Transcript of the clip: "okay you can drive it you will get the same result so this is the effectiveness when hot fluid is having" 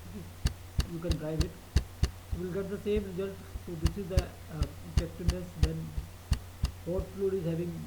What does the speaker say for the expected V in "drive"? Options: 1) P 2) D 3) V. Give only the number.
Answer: 3